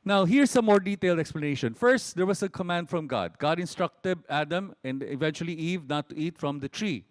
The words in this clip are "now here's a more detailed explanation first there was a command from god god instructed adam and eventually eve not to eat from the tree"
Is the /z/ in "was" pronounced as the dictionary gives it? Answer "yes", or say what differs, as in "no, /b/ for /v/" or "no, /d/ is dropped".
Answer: no, /s/ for /z/